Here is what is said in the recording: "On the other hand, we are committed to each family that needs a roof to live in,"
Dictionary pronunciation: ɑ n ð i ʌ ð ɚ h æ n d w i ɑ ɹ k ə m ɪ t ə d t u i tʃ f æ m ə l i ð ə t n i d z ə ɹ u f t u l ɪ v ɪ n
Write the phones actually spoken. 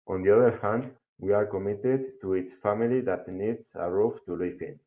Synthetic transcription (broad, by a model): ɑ n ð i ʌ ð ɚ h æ n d w i ɑ ɹ k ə m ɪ t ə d t u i s f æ m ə l i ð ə t n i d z ə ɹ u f t u l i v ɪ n